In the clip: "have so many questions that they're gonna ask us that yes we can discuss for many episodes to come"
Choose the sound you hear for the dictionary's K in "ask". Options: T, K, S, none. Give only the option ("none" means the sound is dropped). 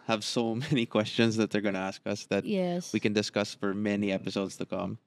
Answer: K